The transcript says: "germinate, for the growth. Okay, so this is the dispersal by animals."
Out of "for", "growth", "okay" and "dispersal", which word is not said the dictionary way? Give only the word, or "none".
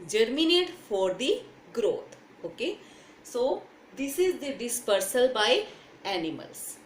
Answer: growth